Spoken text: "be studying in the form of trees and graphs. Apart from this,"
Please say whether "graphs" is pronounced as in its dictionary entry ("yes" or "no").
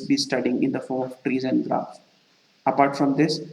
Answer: no